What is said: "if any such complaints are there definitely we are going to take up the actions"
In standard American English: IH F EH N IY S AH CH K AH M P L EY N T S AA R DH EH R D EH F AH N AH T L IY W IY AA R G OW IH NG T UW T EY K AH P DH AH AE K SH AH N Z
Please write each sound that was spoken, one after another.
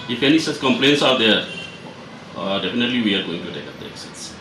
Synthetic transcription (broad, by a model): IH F EH N IY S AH S K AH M P L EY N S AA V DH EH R D EH F AH N AH T L IY W IY AA R G OW IH NG T UW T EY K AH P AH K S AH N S